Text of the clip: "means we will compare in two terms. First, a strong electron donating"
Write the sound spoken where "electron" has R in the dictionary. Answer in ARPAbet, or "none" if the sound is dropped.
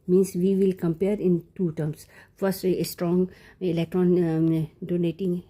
R